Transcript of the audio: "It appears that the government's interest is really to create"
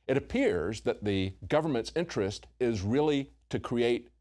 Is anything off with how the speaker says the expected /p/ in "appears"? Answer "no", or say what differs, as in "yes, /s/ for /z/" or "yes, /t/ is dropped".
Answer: no